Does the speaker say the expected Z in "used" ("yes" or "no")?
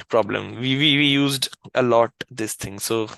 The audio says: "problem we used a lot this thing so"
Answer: yes